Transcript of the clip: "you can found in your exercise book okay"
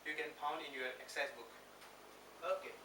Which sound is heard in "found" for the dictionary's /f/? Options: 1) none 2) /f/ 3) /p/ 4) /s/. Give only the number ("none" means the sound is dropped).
3